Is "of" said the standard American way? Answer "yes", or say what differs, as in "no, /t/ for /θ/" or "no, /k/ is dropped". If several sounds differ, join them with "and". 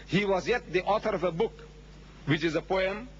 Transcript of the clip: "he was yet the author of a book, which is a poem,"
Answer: yes